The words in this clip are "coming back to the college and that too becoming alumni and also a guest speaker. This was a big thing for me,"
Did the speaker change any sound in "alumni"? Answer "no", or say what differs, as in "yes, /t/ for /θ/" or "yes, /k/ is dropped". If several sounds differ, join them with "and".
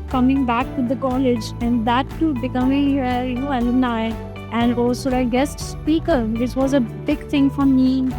yes, /n/ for /l/